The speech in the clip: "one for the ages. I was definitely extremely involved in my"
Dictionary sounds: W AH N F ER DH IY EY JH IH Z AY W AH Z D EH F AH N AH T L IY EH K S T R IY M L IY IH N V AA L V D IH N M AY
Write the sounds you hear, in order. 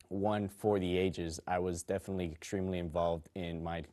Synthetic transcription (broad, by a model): W AH N F ER DH IY EY JH IH Z AY W AH Z D EH F AH N AH T L IY EH K S T R IY M L IY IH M V AA L V D IH N M AY